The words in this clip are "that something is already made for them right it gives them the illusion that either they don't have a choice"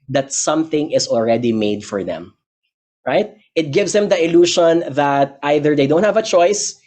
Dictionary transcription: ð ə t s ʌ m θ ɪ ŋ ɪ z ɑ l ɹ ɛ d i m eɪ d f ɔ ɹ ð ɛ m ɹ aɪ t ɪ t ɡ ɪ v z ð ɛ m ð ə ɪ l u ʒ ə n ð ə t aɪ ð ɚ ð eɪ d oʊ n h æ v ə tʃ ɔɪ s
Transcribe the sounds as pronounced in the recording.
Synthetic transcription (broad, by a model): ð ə t s ʌ m θ ɪ ŋ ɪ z ɑ l ɹ ɛ d i m eɪ d f ɔ ɹ ð ɛ m ɹ aɪ t ɪ t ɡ ɪ v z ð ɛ m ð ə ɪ l u ʃ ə n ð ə t aɪ ð ɚ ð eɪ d oʊ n h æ v ə tʃ ɔɪ s